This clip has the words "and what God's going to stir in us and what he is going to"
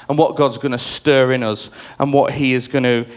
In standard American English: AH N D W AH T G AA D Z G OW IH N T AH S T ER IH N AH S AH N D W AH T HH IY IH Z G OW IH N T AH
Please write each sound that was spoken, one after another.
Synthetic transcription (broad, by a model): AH N W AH T G AA D Z G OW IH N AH S T ER IH N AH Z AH N W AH T HH IY IH Z G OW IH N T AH